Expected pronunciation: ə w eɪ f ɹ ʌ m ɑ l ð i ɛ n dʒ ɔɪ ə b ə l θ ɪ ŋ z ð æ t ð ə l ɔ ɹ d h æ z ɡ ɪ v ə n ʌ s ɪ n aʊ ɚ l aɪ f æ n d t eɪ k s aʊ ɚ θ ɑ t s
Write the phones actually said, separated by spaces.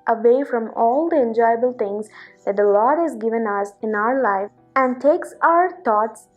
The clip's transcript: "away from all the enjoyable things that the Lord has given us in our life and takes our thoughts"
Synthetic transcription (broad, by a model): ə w eɪ f ɹ ʌ m ɑ l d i ɛ n dʒ ɔɪ ə b ə l t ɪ ŋ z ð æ t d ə l ɔ ɹ d h æ z ɡ ɪ v ə n ʌ s ɪ n aʊ ɚ l aɪ æ n d t eɪ k s aʊ ɚ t ɑ t s